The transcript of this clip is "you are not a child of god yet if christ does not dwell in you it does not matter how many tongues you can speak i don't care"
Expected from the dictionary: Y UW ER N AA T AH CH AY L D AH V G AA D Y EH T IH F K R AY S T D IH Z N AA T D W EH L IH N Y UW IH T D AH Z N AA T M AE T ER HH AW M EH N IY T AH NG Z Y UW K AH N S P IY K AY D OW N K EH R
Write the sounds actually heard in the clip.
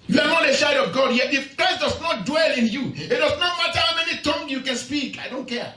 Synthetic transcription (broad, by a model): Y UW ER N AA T AH SH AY D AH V G AA D Y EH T IH F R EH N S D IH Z N AA T D W EH L IH N Y UW IH T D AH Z N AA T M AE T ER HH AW M EH N IY T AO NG Y UW K AH N S P IY K AY D OW N K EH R